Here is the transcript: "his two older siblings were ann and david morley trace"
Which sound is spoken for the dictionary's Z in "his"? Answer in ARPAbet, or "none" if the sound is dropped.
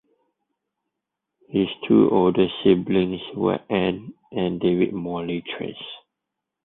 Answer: S